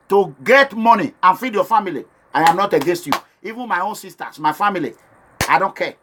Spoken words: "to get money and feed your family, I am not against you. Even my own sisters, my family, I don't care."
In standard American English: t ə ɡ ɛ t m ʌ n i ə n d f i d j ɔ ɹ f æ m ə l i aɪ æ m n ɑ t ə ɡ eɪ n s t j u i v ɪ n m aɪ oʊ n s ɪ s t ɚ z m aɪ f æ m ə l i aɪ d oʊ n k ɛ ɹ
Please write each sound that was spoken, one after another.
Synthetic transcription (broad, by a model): t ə ɡ ɛ t m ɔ n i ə n f i d j ɔ f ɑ m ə l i aɪ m n ɑ t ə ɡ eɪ s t j u i v ɪ n m aɪ oʊ n s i s t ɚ s m aɪ f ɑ m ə l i aɪ d oʊ n k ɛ